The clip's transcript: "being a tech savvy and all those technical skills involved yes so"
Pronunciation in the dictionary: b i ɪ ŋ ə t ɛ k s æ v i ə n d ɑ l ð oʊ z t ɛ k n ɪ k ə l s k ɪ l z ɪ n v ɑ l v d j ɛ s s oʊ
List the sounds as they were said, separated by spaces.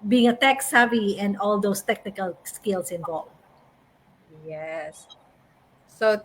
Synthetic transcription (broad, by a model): b i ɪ ŋ ə t ɛ k s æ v i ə n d ɑ l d oʊ s t ɛ k n ɪ k ə l s k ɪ l s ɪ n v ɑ l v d j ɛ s s oʊ